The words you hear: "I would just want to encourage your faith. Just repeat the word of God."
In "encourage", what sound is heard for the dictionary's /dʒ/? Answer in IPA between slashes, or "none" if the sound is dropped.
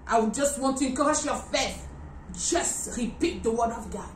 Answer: /ʃ/